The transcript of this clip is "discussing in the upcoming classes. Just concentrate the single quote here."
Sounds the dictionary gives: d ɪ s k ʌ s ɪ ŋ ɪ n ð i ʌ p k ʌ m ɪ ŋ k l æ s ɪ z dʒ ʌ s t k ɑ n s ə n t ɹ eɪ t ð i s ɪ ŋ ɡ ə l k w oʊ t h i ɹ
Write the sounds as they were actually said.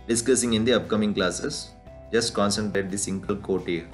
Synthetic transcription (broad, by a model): d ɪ s k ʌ s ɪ ŋ ɪ n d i ʌ p k ʌ m ɪ ŋ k l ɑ s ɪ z dʒ ʌ s t k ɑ n s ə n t eɪ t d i s ɪ ŋ ɡ ə l k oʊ t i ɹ